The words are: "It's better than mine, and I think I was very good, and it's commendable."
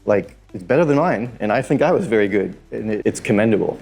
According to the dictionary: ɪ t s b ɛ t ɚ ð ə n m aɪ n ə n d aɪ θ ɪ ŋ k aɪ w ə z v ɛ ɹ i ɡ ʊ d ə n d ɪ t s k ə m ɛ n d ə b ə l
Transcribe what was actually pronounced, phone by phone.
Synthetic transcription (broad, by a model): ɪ t s b ɛ t ɚ ð ə n m aɪ n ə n aɪ θ ɪ ŋ k aɪ w ə z v ɛ ɹ i ɡ ʊ d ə n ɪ ɪ t s k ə m ɛ n d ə b l